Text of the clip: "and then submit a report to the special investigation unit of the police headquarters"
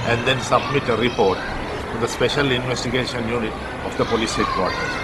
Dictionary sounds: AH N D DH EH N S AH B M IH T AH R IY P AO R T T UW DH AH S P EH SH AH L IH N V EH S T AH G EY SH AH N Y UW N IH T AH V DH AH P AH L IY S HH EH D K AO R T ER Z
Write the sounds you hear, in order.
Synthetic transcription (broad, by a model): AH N D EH N S AH B M IH T AH R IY P AO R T T UW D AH S P EH SH AH L IH N V EH S T AH G EY SH AH N Y UW N IH T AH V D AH P AH L IY S HH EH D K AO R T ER